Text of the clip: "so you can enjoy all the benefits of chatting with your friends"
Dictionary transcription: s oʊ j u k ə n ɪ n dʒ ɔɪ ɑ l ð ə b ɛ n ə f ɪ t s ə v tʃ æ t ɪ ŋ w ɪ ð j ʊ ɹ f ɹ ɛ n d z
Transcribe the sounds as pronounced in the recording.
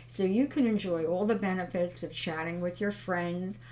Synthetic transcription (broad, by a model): s oʊ j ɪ k ə n ɪ n dʒ ɔɪ ɑ l ð ə b ɛ n ə f ɪ t s ə v tʃ æ t ɪ ŋ w ɪ ð j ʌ ɹ f ɹ ɛ n d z